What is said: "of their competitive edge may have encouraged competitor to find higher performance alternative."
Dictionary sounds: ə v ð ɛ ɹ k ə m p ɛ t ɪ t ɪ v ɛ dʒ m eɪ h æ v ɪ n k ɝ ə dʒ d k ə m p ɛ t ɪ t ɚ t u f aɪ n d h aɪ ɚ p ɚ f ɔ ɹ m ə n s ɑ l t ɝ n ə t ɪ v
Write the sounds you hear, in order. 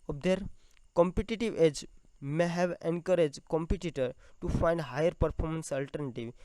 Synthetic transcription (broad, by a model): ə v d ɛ ɹ k ə m p ɛ t ɪ t ɪ v ɛ dʒ m eɪ h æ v ɪ n k ɝ ə dʒ d k ə m p ɛ t ɪ t ɚ t u f aɪ n d h aɪ ɚ p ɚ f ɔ ɹ m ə n s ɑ l t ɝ n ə t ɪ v